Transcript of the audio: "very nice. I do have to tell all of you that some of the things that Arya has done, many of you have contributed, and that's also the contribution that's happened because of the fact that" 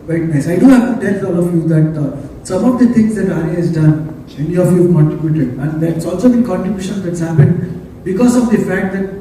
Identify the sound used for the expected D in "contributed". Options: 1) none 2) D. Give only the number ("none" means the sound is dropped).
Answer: 1